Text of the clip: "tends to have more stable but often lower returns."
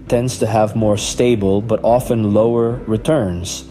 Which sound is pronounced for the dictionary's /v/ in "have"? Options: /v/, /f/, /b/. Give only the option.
/v/